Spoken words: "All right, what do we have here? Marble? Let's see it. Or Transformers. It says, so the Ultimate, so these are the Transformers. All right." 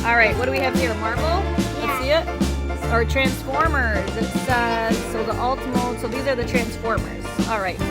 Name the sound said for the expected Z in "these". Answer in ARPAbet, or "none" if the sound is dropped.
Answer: Z